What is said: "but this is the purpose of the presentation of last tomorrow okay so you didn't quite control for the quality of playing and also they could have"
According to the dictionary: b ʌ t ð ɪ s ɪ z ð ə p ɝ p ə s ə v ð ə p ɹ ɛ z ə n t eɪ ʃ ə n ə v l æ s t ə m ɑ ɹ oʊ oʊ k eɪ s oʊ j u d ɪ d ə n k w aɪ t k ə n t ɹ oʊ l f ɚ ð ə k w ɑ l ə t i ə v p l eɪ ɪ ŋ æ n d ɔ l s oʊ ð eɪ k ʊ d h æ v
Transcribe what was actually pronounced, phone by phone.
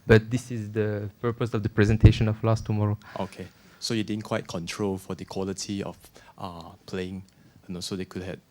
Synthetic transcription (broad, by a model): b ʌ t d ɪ s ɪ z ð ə p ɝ p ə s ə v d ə p ɹ ɛ z ə n t eɪ ʃ ə n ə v l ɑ s t ə m ɑ ɹ oʊ oʊ k eɪ s oʊ j u d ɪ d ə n k w aɪ t k ə n t ɹ oʊ l f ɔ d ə k w ɑ l ə t i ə f p l eɪ ɪ ŋ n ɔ s oʊ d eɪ k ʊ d h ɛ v